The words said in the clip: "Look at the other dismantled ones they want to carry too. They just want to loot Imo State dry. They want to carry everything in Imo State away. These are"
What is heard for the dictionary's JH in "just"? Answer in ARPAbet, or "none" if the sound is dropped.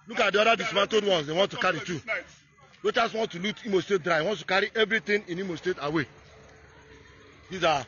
CH